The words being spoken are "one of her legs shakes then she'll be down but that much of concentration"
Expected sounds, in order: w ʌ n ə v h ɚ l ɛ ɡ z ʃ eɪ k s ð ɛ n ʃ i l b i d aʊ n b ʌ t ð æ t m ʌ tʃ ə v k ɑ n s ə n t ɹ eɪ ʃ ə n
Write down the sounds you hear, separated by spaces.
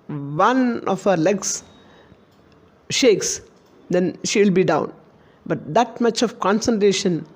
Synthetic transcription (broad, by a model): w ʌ n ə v h ɚ l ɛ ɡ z ʃ eɪ k s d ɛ n ʃ i l b i d aʊ n b ʌ t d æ t m ʌ tʃ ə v k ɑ n s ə n t ɹ eɪ ʃ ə n